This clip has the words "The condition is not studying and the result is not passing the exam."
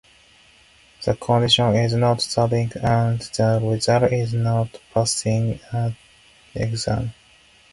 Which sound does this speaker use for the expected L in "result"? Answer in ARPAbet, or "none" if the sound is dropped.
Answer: none